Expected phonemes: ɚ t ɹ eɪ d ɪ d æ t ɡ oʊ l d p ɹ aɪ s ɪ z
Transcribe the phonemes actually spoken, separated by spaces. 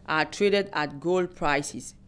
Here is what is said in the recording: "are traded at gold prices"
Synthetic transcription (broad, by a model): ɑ t ɹ eɪ d ɪ d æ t ɡ oʊ l d p ɹ aɪ s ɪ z